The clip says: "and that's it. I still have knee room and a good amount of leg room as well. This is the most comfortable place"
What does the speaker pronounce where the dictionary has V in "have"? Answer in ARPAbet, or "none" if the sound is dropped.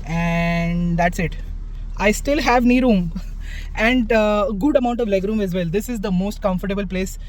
V